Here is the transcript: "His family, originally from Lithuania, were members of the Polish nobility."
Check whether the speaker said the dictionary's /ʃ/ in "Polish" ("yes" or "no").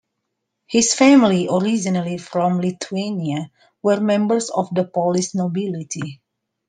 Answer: no